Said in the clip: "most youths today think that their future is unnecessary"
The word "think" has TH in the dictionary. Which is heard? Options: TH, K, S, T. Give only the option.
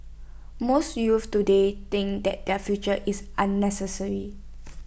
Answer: T